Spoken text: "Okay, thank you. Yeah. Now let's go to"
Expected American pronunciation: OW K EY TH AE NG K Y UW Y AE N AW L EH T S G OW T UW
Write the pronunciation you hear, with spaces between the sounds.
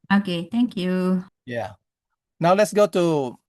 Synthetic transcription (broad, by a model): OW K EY T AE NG K Y UW Y AE N AW L EH T S G OW T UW